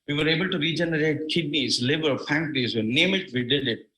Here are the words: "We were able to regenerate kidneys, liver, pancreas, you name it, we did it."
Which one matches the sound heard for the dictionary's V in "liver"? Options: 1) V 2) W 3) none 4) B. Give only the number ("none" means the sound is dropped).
4